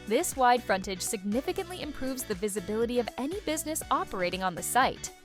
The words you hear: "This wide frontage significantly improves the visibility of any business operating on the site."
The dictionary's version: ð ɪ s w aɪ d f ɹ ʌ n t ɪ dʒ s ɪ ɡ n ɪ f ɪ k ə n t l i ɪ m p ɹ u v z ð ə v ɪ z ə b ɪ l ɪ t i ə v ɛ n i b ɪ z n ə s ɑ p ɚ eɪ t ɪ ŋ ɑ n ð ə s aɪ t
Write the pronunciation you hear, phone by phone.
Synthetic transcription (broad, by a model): ð ɪ s w aɪ d f ɹ ʌ n t ɪ dʒ s ɪ ɡ n ɪ f ɪ k ə n t l i ɪ m p ɹ u v z ð ə v ɪ z ə b ɪ l ɪ t i ə v ɛ n i b ɪ z n ə s ɑ p ɚ eɪ t ɪ ŋ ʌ n ð ə s aɪ t